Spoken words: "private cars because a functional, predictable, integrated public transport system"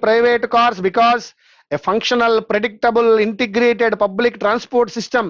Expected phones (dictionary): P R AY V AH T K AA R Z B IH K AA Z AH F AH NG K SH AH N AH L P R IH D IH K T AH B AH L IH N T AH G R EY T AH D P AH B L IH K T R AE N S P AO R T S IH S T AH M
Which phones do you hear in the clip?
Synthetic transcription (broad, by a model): P R AY V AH T K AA R S B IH K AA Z AH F AH NG K SH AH N AH L P R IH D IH K T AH B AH L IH N T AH G R EY T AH D P AH B L IH K T R AE N S P AO R T S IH S T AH M